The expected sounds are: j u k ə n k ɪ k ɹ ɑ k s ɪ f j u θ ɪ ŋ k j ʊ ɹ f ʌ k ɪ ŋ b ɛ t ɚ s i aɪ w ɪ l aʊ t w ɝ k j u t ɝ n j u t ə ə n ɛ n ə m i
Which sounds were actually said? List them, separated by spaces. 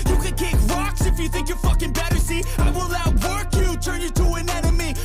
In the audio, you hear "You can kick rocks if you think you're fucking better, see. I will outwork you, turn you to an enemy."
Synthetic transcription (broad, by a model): j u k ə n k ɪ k ɹ ɑ k s ɪ f j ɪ θ ɪ ŋ k j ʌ ɹ f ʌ k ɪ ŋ b ɛ t ɚ s i aɪ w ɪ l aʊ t w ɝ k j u t ɝ n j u t ə ə n ɛ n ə m i